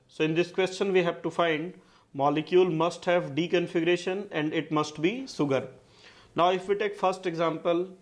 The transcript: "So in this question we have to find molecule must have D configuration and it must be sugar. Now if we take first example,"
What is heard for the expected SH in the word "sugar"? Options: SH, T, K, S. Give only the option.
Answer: S